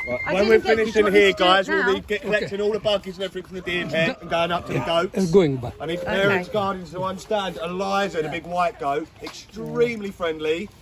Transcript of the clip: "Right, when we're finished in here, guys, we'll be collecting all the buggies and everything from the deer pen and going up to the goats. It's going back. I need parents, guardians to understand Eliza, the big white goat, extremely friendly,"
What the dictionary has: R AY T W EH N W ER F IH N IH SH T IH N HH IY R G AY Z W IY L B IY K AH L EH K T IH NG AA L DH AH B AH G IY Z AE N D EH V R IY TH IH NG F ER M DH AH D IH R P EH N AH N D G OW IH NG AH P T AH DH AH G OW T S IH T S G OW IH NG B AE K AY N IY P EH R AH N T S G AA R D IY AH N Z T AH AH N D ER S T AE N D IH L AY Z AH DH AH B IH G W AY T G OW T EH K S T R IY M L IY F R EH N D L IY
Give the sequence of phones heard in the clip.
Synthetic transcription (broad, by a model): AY W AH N W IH F IH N IH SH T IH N HH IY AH G AY Z W IY L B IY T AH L EH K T IH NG AA L DH AH B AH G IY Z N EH F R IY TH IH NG DH AH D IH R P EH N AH N G OW IH NG AH P T AH DH AH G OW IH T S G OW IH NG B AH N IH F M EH R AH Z G AA R D N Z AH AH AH N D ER S T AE N D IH L AY Z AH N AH B IH G W AY T G OW T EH K S T R IY M L IY F R EH N D L IY